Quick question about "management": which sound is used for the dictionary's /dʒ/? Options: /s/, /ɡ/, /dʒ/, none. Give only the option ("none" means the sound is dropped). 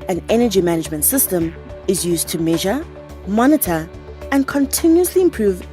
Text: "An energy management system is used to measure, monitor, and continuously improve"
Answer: /dʒ/